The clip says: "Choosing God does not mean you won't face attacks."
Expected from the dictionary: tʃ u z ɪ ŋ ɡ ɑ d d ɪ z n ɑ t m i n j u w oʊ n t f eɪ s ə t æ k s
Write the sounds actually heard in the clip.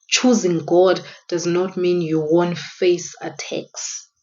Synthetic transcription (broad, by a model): tʃ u z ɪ ŋ ɡ ɑ d d ɪ z n ɑ t m i n j u w oʊ n t f eɪ s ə t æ k s